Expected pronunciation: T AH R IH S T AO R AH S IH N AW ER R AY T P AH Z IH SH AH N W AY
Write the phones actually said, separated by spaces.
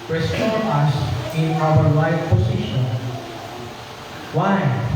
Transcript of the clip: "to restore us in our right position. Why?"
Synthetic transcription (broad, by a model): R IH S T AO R AH S IH N AW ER L AY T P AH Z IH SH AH N W AY